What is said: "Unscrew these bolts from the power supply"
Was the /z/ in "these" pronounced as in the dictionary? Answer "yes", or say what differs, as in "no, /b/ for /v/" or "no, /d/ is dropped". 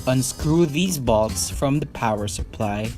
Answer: yes